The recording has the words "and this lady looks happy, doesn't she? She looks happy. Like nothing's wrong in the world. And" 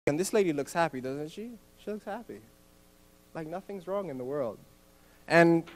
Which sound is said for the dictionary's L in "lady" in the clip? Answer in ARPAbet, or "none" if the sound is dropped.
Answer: L